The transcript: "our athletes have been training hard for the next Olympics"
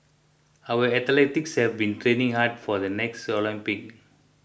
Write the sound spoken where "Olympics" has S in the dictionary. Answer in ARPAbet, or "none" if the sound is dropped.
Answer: none